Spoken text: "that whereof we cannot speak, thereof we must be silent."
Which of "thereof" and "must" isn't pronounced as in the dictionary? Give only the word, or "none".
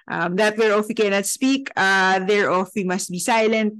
thereof